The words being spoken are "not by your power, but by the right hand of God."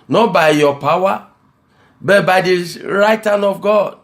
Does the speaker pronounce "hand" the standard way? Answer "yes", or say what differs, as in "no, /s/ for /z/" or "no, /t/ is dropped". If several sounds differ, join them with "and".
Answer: no, /d/ is dropped